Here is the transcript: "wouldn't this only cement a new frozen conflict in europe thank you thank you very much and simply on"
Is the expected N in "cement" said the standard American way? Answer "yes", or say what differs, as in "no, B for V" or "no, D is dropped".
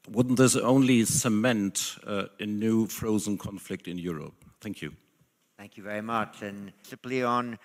yes